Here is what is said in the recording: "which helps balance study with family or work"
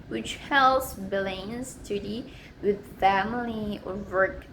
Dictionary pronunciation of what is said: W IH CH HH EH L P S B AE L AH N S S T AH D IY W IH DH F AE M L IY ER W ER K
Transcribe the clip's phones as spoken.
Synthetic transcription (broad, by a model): W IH CH HH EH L S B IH L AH N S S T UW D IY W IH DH F AE M L IY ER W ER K